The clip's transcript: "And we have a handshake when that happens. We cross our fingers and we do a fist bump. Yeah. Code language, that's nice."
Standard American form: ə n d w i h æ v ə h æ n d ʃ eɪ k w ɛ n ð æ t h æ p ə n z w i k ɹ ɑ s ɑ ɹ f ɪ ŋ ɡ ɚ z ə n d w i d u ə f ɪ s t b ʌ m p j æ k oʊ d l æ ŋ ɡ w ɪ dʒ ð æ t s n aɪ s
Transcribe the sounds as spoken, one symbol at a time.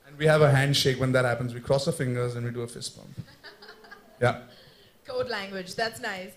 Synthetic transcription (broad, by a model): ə n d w i h æ v ə h æ n d ʃ eɪ k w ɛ n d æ t h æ p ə n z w i k ɹ ɑ s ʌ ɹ f ɪ ŋ ɡ ɚ z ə n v i d u ə f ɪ s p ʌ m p j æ k oʊ d l æ ŋ ɡ w ɪ dʒ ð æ t s n aɪ s